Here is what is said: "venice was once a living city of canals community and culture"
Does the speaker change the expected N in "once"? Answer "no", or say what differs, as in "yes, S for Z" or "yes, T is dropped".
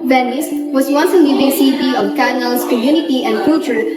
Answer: no